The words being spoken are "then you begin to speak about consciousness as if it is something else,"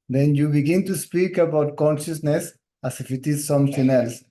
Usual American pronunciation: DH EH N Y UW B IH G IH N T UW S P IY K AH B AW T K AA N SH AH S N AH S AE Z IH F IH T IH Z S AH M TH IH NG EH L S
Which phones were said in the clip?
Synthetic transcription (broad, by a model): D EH N Y UW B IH G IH N T UW S P IY K AH B AW T K AA N SH AH S N AH S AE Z IH F IH T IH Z S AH M T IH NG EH L S